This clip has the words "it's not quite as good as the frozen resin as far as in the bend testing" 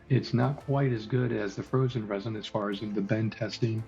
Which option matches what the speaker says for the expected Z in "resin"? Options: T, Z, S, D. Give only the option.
Z